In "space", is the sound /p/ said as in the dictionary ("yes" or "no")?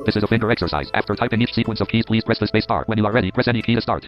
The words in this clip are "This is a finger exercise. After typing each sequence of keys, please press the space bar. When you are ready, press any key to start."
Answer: no